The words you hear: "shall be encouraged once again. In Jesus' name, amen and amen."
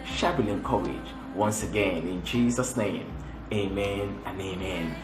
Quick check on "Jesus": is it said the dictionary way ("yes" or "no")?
yes